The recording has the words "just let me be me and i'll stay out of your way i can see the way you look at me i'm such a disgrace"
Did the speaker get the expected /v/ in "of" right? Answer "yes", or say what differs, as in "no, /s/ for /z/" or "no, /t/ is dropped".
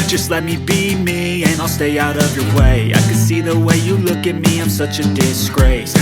yes